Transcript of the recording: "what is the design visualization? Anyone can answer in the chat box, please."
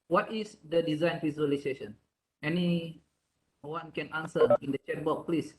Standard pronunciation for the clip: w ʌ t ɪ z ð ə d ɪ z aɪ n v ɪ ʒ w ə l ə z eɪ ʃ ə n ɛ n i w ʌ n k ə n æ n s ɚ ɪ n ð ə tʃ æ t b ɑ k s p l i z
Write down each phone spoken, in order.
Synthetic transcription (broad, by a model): w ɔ t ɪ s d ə d ɪ z aɪ n f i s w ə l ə s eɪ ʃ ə n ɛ n i w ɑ n k ə n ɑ n s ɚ ɪ n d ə tʃ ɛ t b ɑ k p l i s